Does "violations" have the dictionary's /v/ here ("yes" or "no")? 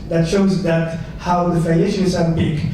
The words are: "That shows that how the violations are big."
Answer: no